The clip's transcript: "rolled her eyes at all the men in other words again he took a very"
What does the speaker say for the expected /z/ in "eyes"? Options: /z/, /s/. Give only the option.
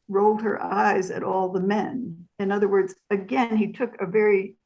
/z/